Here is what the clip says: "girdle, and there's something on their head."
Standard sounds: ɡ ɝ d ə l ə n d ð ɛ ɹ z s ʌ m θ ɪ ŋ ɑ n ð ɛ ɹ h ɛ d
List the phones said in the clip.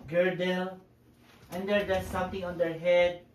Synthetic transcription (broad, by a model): ɡ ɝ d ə l ə n d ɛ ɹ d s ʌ m t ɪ ŋ ɑ n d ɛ ɹ h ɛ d